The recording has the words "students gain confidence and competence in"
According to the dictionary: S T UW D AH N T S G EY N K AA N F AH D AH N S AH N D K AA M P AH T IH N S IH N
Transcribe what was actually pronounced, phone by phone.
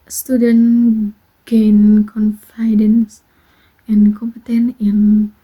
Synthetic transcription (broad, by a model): S T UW D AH N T G EY N K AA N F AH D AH N S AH N K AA M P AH T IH N IH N